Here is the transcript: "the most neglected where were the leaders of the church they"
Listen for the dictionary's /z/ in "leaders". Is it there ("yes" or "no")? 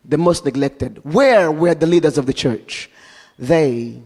yes